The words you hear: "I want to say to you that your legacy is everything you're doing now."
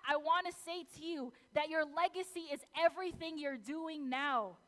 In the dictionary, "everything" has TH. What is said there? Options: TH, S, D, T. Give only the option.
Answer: TH